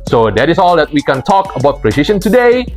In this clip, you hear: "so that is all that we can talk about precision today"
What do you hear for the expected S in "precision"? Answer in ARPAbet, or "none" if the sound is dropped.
SH